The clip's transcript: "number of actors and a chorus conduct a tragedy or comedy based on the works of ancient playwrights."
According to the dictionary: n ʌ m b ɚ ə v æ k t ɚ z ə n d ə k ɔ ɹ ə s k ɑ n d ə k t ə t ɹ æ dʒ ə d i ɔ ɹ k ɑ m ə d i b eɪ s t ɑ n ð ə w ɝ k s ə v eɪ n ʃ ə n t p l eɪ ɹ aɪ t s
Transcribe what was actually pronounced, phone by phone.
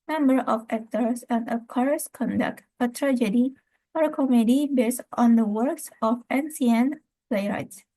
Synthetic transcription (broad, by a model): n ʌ m b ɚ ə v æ k t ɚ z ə n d ə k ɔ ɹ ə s k ɑ n d ə k t ə t ɹ æ dʒ ə d i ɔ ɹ k ɑ m ə d i b eɪ s t ɑ n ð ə w ɝ k s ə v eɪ n s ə n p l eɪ ɹ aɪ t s